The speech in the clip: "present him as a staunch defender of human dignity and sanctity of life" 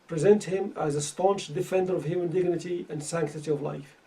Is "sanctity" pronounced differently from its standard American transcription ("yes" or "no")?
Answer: no